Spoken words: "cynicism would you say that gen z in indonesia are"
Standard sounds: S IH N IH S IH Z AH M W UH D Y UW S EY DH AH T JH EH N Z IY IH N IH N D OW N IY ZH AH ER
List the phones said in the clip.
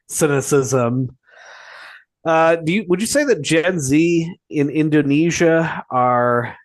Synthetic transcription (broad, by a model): S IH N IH S IH Z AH M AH D Y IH S EY DH AH T JH EH N Z IY IH N IH N D OW N IY ZH AH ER